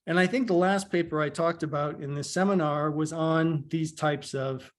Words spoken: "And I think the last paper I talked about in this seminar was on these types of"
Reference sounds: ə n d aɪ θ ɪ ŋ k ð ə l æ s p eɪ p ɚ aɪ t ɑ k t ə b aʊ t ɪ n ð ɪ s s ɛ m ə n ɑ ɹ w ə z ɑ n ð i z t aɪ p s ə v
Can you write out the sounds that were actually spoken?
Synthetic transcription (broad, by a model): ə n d aɪ θ ɪ ŋ k ð ə l æ s p eɪ p ɚ aɪ t ɑ k t ə b aʊ t ɪ n ð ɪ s s ɛ m ə n ɑ ɹ w ə z n ð i z t aɪ p s ə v